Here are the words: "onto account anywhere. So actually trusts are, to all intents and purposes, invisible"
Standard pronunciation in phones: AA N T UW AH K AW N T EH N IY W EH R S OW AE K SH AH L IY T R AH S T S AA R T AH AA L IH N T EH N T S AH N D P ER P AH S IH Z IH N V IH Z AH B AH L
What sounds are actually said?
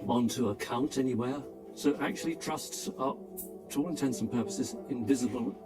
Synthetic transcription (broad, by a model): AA N T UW AH K AW N T EH N IY W EH R S OW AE K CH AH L IY T R AH S T S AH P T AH AA L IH N T EH N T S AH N P ER P AH S IH Z IH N V IH Z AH B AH L